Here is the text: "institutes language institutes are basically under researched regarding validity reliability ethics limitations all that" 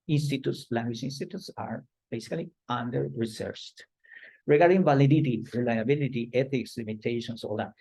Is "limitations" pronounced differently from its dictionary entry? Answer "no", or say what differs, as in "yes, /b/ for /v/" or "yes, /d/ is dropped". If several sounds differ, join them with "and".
yes, /s/ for /z/